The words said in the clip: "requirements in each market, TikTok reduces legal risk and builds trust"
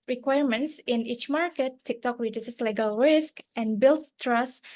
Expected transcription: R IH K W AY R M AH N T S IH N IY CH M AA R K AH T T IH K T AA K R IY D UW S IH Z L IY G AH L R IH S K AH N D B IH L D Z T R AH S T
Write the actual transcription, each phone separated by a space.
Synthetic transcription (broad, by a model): R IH K W AY R M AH N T S IH N IY CH M AA R K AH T T IH K T AA K R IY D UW S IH S L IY G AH L R IH S K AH N B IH L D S T R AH S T